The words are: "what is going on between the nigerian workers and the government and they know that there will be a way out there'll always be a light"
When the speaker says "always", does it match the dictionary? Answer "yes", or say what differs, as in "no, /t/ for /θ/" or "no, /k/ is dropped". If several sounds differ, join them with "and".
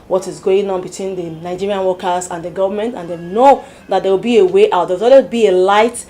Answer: no, /z/ is dropped